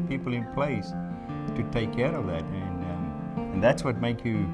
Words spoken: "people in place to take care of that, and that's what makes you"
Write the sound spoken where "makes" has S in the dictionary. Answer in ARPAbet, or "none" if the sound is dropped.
none